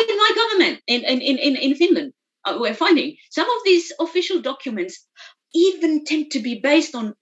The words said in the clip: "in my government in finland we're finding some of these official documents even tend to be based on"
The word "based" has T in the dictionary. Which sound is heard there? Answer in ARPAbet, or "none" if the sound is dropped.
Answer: T